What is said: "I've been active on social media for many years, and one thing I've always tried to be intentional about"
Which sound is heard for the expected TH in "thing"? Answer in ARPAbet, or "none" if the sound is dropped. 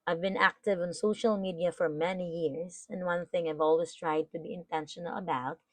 TH